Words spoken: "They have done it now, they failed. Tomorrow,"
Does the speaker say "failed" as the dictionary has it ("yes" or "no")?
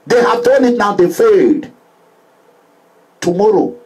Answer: no